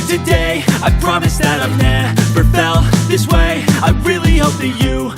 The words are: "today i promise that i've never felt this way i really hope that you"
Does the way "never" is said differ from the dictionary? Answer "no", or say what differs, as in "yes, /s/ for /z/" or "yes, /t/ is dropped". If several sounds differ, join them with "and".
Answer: yes, /f/ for /v/